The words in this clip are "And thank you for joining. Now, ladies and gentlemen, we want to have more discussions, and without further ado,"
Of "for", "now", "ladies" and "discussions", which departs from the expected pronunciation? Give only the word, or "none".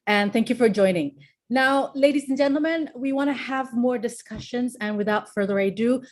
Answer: none